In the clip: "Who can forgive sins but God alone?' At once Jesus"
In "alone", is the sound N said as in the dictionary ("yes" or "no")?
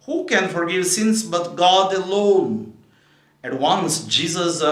yes